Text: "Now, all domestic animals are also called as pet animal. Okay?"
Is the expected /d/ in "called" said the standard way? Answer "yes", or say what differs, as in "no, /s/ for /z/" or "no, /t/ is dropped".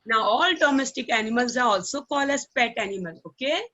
no, /d/ is dropped